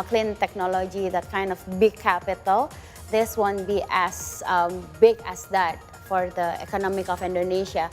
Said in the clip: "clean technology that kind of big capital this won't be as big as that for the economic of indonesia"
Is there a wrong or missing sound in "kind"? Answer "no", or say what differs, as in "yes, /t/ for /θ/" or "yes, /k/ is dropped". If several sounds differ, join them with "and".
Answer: no